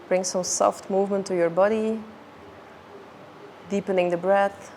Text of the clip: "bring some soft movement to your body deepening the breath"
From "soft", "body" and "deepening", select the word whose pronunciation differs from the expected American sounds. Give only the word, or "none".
none